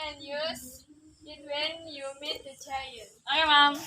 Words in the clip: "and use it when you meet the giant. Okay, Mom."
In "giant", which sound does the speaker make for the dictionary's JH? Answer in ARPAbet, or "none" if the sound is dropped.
CH